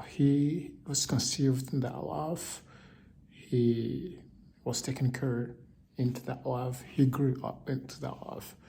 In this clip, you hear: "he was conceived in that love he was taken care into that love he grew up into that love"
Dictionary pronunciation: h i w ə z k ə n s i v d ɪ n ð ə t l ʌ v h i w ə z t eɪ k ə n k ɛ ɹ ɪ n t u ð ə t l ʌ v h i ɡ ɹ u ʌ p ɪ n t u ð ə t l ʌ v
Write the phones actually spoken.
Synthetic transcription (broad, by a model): h i w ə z k ə n s i v d ɪ n ð ə t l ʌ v h i w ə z t eɪ k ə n k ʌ ɹ ɪ n t u ð ə t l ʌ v h i ɡ ɹ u ʌ p ɪ n t u ð ə t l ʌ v